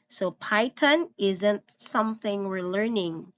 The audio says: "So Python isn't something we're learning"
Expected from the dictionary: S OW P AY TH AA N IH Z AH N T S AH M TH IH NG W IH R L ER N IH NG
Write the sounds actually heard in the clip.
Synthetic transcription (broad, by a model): S OW P AY T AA N IH Z AH N T S AH M TH IH NG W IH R L ER N IH NG